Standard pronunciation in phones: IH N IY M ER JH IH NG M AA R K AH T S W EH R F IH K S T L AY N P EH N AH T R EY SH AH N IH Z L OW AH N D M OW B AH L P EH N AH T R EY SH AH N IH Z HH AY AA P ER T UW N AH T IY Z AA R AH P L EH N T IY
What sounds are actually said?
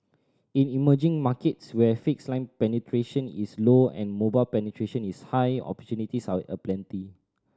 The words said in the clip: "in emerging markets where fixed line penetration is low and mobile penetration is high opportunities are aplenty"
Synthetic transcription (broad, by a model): IH N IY M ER JH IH NG M AA K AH T S W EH F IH K S L AY N P EH N AH T R EY SH AH N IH S L OW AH N M OW B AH L P EH N AH T R EY SH AH N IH S HH AY AA P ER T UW N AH T IY S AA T AH P L EH N T IY